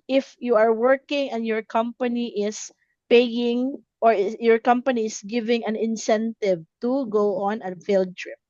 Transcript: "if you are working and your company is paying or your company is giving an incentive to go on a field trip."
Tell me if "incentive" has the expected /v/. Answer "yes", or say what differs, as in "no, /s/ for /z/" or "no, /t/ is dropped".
yes